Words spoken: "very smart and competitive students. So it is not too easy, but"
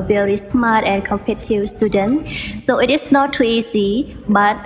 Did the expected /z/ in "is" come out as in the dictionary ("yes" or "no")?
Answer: no